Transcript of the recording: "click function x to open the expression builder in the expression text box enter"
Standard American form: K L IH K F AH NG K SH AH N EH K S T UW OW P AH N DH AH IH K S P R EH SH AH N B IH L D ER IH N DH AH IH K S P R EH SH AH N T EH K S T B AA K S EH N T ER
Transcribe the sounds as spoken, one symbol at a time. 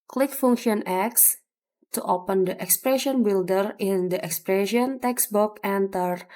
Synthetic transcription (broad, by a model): K L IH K F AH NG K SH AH N EH K S T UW OW P AH N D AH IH K S P R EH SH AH N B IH L D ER IH N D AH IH K S P R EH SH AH N T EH K S B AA K EH N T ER